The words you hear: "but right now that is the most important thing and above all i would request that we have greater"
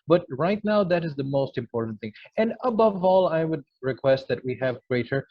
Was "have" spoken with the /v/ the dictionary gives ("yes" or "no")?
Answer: yes